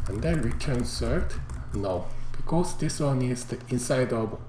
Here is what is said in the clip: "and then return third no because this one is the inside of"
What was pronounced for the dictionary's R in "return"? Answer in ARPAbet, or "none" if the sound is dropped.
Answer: R